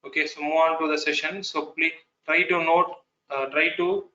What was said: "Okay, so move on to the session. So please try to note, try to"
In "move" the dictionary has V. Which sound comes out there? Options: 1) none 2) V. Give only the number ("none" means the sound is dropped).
1